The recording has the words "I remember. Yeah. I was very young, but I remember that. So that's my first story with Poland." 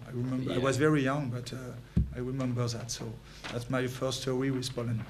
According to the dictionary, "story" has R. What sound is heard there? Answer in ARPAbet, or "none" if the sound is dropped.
W